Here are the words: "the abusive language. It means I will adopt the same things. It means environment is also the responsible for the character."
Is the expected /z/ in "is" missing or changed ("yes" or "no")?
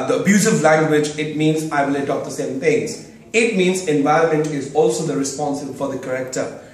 no